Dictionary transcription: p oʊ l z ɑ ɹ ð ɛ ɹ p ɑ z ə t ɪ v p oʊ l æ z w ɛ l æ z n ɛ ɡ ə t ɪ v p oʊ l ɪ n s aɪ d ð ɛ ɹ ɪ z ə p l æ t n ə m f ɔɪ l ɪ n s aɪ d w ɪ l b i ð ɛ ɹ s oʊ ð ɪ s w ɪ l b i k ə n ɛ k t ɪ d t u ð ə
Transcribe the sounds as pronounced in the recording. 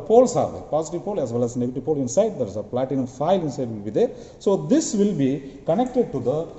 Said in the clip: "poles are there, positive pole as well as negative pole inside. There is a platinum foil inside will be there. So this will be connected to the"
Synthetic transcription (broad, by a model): p oʊ l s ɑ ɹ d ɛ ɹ p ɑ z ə t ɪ v p oʊ l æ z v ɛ l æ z n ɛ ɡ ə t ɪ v p oʊ l ɪ n s aɪ d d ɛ ɹ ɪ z ə p l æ t ə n f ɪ l ɪ n s aɪ d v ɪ l b i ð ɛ ɹ s oʊ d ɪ s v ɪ l b i k ə n ɛ k t ɪ d t u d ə